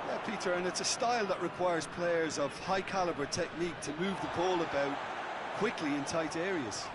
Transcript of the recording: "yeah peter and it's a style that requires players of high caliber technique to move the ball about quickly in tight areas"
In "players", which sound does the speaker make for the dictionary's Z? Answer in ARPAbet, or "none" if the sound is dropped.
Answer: Z